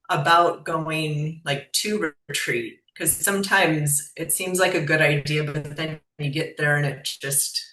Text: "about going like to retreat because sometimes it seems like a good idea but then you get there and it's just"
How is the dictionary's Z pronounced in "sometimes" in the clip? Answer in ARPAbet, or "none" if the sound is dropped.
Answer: Z